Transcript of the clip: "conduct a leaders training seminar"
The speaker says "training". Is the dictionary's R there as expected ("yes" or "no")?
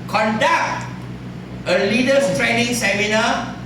yes